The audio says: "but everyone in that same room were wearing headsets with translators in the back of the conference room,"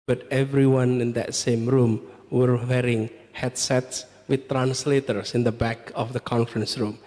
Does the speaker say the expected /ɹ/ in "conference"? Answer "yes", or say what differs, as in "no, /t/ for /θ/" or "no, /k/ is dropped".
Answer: yes